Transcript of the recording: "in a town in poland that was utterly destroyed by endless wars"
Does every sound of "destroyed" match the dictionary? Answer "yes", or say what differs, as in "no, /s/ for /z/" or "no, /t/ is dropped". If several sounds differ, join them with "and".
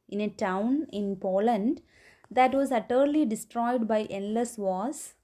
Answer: yes